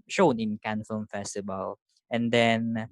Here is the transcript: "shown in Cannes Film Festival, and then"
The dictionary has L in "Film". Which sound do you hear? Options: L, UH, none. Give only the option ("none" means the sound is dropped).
none